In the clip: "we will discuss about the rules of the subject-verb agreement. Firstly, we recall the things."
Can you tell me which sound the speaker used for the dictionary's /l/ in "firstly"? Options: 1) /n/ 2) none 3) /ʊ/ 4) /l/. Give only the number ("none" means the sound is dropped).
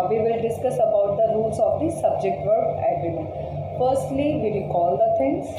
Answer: 4